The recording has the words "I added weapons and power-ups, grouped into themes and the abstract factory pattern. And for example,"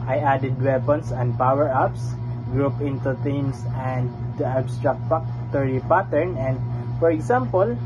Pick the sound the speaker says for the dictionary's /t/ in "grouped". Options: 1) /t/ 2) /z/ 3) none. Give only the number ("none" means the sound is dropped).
3